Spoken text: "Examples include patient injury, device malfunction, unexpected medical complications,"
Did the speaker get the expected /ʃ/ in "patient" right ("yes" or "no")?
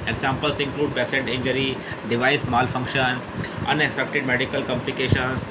no